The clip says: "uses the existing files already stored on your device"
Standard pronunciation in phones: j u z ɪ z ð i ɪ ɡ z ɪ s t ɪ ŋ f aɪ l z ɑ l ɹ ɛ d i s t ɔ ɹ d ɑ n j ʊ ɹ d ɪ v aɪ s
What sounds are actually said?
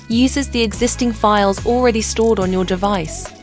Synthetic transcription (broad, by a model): j u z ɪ z ð i ɪ ɡ z ɪ s t ɪ ŋ f aɪ l z ɑ l ɹ ɛ d i s t ɔ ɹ d n j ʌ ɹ d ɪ v aɪ s